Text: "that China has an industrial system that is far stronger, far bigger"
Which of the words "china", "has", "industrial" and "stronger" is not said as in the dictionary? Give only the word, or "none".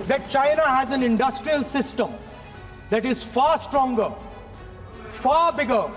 none